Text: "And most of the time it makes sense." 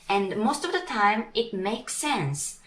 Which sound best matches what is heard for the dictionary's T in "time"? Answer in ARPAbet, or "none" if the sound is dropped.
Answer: T